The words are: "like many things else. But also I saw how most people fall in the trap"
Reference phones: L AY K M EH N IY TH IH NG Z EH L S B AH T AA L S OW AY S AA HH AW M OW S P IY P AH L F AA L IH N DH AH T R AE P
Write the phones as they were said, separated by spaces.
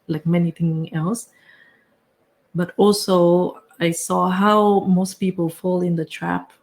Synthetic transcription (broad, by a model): L AY K M EH N IY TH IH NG EH L S B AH T AA L S OW AY S AA HH AW M OW S P IY P AH L F AA L IH N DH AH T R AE P